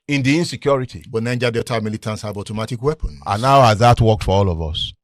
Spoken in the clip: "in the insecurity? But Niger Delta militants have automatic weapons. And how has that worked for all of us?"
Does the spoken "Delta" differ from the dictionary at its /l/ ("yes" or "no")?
yes